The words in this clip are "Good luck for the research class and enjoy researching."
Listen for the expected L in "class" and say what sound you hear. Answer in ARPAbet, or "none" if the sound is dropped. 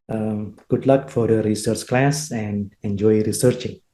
L